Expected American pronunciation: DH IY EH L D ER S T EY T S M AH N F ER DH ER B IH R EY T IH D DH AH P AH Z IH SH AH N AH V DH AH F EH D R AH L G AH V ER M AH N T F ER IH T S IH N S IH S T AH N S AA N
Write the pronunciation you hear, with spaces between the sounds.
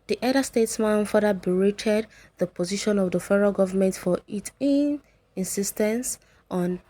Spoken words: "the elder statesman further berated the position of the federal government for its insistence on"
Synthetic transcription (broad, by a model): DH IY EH D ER S T EY T S M AH N F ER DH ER B IH R EY T IH D DH AH P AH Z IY SH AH N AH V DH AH F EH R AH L G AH V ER M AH N T F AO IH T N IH N S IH S T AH N S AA N